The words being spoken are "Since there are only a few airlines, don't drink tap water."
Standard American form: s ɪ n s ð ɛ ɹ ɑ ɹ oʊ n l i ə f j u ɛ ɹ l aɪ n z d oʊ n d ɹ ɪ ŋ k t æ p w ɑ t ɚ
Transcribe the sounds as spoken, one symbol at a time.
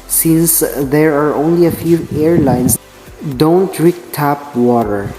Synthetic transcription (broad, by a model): s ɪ n s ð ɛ ɹ ɑ ɹ oʊ n l i ə f j u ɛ ɹ l aɪ n s d oʊ n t ɹ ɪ k t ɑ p w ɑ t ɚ